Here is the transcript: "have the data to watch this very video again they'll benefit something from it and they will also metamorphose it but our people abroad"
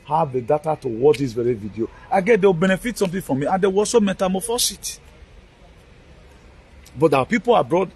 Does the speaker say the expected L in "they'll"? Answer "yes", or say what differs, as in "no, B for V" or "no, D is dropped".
no, W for L